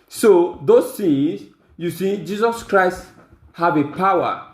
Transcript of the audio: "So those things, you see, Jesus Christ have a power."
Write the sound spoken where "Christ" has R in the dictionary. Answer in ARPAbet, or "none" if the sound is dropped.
R